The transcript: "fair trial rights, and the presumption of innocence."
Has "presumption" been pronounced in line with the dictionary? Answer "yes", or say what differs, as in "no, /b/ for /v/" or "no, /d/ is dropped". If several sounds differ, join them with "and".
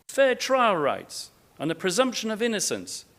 yes